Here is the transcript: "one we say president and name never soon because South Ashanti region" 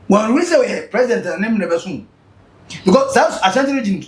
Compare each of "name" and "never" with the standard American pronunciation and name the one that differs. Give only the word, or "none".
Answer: never